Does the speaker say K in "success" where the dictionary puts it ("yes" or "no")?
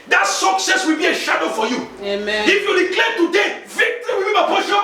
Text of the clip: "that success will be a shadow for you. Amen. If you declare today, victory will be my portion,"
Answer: yes